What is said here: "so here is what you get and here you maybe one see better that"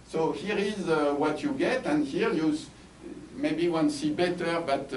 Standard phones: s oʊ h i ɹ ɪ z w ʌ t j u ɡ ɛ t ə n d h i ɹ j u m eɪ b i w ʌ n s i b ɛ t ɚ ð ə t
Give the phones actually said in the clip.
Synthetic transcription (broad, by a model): s oʊ h i ɹ ɪ z w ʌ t j u ɡ ɛ t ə n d h i ɹ j u m eɪ b i w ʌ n s i b ɛ t ɚ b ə t